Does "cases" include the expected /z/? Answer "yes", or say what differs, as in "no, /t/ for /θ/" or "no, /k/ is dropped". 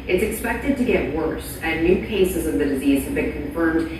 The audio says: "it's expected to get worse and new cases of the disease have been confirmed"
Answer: yes